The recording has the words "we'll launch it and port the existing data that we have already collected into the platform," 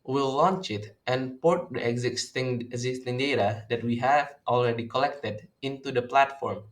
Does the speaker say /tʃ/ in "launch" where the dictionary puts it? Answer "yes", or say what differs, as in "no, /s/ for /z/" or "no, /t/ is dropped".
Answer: yes